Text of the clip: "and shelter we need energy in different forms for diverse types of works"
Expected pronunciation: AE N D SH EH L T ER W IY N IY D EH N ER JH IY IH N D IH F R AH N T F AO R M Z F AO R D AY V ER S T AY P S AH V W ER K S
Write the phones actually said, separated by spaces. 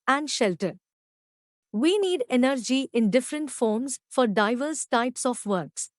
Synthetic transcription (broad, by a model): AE N D SH EH L T ER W IY N IY D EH N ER JH IY IH N D IH F R AH N T F AO R M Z F AO R D AY V ER S T AY P S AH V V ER K S